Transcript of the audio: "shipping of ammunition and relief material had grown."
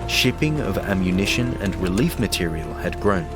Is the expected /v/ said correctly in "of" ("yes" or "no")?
yes